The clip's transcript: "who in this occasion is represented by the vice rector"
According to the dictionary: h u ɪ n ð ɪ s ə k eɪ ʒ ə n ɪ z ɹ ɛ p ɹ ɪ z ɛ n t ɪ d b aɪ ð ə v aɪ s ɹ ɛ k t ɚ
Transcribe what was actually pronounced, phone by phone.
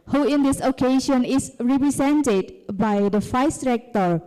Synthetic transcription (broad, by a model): h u ɪ n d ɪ s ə k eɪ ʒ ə n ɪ s ɹ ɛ p ɹ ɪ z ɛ n t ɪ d b aɪ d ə f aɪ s ɹ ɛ k t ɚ